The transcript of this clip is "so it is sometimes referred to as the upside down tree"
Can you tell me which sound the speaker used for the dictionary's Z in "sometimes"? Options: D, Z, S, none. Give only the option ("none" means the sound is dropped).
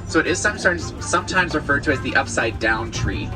Z